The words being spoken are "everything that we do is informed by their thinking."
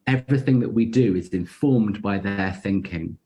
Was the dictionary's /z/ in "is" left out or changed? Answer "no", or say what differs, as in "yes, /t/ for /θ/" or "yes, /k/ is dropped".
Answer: no